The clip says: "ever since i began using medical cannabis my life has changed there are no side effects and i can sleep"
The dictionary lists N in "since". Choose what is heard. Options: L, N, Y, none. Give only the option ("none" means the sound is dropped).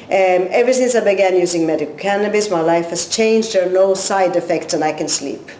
N